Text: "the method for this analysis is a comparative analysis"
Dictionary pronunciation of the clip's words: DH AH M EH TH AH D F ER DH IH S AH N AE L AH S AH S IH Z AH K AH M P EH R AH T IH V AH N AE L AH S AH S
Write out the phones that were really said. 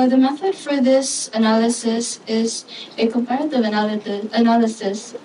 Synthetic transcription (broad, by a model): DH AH M EH TH AH D F ER DH IH S AH N AE L AH S AH S IH Z AH K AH M P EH R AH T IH V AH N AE L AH S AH S